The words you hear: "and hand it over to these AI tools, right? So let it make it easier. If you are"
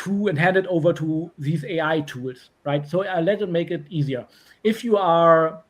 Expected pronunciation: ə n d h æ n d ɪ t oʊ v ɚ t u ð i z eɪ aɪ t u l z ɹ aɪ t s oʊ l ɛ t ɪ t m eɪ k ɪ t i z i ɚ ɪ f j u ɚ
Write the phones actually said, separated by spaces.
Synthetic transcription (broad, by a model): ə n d h æ n d ɪ t oʊ v ɚ t u ð i z eɪ aɪ t u l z ɹ aɪ t s oʊ l ɛ t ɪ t m eɪ k ɪ t i z i ɚ ɪ f j u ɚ